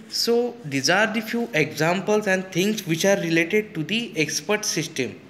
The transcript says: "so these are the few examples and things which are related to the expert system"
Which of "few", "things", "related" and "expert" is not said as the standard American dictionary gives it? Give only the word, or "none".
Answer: things